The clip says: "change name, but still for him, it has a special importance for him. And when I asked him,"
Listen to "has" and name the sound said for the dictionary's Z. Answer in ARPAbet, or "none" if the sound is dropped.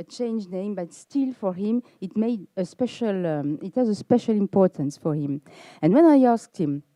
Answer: Z